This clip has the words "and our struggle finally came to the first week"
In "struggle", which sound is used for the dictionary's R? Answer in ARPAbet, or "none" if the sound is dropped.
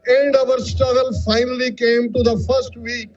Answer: none